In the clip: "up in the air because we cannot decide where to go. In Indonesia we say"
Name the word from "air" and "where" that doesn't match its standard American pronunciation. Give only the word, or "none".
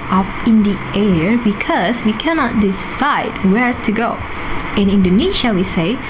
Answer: none